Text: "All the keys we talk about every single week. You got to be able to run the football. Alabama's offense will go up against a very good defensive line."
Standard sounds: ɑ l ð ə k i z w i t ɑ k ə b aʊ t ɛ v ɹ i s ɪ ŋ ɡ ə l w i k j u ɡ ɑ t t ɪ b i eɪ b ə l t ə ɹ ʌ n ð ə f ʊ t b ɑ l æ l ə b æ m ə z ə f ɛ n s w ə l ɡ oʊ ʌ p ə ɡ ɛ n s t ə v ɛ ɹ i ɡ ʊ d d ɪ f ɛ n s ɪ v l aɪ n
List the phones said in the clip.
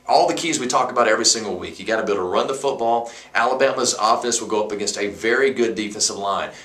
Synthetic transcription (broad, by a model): ɑ l ð ə k i z w i t ɑ k ə b aʊ t ɛ v ɹ i s ɪ ŋ ɡ l w i k j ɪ ɡ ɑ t t ɪ b i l t ə ɹ ʌ n ð ə f ʊ t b ɑ l æ l ə b æ m ə z ə f ɛ n s w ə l ɡ oʊ ʌ p ə ɡ ɛ n s t ə v ɛ ɹ i ɡ ʊ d d ɪ f ɛ n s ɪ v l aɪ n